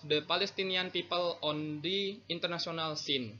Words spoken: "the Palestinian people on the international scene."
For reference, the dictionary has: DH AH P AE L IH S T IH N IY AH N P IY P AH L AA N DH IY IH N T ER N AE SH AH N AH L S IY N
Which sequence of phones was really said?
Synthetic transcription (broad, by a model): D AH P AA L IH S T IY N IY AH N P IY P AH L AA N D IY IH N T ER N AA S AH N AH L S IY N